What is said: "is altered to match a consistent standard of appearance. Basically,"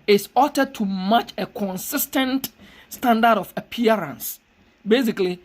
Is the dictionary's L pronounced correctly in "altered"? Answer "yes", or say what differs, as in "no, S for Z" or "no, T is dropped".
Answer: no, L is dropped